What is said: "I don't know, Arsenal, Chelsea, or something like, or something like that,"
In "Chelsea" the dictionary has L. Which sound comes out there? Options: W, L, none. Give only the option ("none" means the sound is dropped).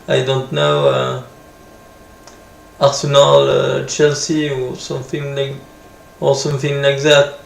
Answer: L